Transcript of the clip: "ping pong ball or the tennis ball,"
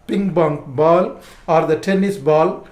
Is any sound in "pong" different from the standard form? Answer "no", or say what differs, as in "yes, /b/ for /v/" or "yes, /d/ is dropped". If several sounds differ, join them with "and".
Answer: yes, /b/ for /p/